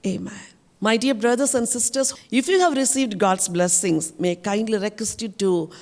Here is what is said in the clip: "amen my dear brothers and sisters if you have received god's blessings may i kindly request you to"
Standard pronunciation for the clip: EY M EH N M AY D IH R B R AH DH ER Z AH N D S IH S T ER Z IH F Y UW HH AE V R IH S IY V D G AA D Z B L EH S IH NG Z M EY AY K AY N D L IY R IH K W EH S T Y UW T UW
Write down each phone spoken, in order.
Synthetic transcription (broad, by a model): EY M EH N M AY D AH R B R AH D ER S AH N D S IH S T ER S IH F Y UW HH AE V R IH S IY V D G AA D S B L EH S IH NG S M EY K AY N D L IY R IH K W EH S T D T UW